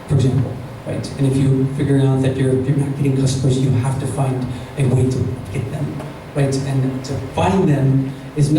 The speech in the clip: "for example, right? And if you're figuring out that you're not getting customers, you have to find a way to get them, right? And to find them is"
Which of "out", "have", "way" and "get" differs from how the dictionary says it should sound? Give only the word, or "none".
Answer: have